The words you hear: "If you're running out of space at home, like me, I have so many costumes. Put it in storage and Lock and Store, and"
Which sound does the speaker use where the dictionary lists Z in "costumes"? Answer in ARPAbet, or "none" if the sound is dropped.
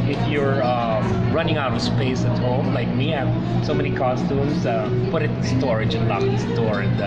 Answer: S